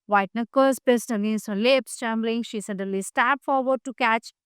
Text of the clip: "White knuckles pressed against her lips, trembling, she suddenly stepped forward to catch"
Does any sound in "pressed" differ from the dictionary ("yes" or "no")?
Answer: yes